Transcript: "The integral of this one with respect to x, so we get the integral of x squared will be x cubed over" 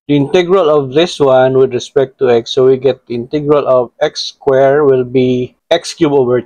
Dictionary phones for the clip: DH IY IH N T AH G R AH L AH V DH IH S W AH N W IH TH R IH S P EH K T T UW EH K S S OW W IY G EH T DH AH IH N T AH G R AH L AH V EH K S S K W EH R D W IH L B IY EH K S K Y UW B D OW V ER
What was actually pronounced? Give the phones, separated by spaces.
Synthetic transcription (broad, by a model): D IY IH N T AH G R AH L AH V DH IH S W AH N W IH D R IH S P EH K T T UW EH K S S OW W IY G EH T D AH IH N T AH G R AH L AH V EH K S S K W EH R W IH L B IY EH K S K Y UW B OW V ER